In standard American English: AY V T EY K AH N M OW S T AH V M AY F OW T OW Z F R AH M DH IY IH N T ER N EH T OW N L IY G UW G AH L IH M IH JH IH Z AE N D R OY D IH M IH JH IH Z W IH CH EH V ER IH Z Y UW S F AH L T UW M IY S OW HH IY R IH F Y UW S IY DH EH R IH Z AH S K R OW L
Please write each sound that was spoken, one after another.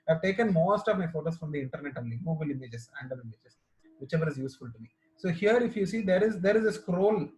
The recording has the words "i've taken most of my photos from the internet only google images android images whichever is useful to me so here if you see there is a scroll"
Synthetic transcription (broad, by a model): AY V T EY K AH N M OW S T AH V M AY F OW T OW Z F R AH M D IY IH N T ER N EH T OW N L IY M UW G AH L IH M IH JH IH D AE N D OY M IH M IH JH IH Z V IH CH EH V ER IH Z Y UW S F AH L T UW M IY S OW HH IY R IH F Y UW S IY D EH R IH Z AH S K R OW L